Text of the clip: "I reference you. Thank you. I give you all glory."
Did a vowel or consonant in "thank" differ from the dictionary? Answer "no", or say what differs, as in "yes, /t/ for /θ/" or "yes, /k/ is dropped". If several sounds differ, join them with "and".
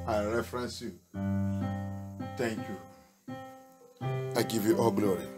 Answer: yes, /t/ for /θ/